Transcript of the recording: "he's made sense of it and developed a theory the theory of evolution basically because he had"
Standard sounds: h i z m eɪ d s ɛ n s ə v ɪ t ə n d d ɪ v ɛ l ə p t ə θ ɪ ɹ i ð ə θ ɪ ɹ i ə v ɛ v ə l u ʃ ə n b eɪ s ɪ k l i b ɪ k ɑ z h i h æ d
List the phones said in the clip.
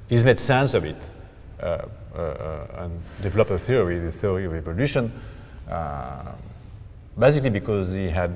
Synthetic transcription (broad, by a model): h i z m eɪ d s ɛ n s ə v ɪ t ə n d d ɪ v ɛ l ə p ə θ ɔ ɹ i ð ə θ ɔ ɹ i ə v ɛ v ə l u ʃ ə n b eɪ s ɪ k l i b ɪ k ɑ z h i h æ d